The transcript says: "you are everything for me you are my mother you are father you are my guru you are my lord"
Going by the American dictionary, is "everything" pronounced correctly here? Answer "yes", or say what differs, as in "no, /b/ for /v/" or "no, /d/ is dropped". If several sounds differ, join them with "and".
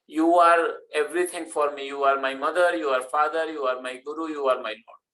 no, /t/ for /θ/